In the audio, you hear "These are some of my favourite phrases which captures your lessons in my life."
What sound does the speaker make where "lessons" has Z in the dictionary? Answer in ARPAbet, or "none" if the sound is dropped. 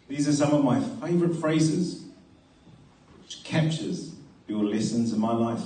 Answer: Z